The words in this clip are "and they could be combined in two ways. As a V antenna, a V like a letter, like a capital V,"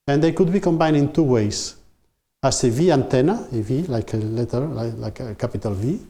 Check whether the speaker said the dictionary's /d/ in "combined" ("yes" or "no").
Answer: no